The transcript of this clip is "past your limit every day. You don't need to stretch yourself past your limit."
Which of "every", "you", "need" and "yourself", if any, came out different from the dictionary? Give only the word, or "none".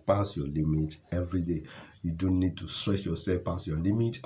yourself